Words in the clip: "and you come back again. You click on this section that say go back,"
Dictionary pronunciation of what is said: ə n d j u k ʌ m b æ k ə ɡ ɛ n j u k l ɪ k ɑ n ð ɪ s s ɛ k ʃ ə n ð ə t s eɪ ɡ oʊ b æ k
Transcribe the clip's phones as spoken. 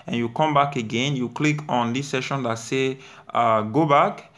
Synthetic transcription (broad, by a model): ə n j u k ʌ m b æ k ə ɡ ɛ n j u k l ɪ k ɑ n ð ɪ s s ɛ ʃ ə n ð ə t s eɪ ɡ oʊ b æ k